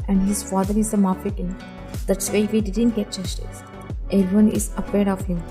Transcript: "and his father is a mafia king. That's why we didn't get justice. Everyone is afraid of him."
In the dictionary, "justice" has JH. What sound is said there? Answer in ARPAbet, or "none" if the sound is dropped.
CH